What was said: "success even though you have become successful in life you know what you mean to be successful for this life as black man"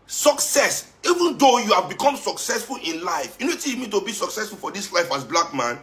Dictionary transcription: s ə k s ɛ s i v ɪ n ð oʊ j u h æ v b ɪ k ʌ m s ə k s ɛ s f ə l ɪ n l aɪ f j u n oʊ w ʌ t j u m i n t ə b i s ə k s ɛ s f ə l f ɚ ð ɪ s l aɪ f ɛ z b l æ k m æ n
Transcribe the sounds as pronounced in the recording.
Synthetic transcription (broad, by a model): s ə k s ɛ s i v ɪ n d oʊ j u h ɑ v b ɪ k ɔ m s ə k s ɛ s f ə l ɪ n l aɪ f j u n oʊ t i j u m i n t ə b i s ə k s ɛ s f ə l f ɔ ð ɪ s l aɪ f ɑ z b l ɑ k m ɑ n